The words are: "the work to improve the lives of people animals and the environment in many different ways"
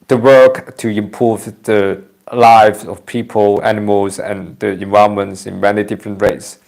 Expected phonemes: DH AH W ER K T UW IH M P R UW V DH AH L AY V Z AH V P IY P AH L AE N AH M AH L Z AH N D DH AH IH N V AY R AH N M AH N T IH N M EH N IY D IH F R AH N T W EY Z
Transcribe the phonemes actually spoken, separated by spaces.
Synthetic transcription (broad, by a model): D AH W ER K T UW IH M P UW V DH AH L AY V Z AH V P IY P AH L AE N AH M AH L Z AH N D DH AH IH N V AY AH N M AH N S IH N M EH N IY D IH F R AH N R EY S